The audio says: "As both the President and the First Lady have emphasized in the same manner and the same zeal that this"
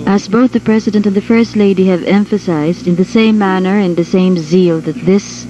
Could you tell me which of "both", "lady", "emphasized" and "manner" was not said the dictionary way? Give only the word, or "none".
none